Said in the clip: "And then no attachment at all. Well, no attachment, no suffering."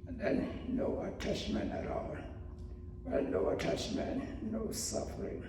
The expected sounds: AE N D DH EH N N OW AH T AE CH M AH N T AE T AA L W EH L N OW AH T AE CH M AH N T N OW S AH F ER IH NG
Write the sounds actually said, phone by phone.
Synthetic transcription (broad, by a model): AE N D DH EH N N OW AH T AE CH M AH N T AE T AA N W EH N OW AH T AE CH M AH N N OW S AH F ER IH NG